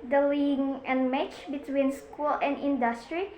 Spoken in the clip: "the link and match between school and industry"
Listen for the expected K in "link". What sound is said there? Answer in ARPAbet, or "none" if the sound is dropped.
none